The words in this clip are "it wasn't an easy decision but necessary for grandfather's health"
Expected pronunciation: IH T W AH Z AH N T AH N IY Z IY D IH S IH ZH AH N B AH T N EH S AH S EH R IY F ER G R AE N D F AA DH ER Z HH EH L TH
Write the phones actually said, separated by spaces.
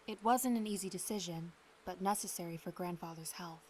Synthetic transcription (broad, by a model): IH T W AH Z AH N T AH N IY Z IY D IH S IH ZH AH N B AH T N EH S AH S EH R IY F ER G R AE N D F AA DH ER Z HH EH L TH